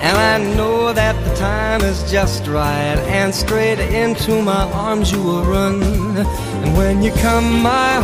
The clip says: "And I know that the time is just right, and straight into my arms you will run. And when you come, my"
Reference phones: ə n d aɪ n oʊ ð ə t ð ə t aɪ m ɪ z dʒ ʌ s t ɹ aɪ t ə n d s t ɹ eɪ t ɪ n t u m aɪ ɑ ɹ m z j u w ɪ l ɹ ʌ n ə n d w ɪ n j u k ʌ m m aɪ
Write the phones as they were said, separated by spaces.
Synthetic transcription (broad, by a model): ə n aɪ n oʊ ð ə t ð ə t aɪ m ɪ z dʒ ʌ s t ɹ aɪ t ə n s t ɹ eɪ t ɪ n t u m aɪ ɑ ɹ m z j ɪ w ɪ l ɹ ʌ n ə n w ɪ n j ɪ k ʌ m m aɪ